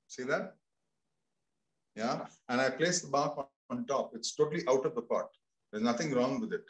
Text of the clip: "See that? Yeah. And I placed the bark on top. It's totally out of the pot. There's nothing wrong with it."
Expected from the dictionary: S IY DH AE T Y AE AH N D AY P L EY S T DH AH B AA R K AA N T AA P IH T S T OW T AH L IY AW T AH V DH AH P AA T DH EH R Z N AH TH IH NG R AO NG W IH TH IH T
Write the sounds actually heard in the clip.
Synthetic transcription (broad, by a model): S IY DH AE T Y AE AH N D AY P L EY S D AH B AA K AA N T AA P IH T S T OW T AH L IY AW T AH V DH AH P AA T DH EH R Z N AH T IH NG R AO NG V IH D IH T